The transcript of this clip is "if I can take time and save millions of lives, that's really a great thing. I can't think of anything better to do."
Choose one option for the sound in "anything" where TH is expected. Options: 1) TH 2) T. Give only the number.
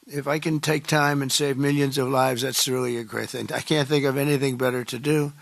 1